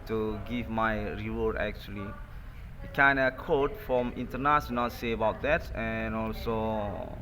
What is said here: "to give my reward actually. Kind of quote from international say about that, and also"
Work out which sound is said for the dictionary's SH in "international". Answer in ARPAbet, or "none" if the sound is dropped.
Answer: S